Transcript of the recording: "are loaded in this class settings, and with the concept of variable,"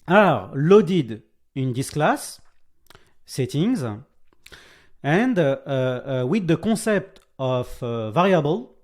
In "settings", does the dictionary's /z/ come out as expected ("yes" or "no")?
yes